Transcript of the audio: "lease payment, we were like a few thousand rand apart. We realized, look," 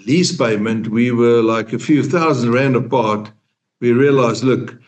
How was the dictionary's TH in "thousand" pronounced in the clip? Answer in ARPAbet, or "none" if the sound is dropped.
TH